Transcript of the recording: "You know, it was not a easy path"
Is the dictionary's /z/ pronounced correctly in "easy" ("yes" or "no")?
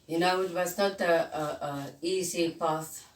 no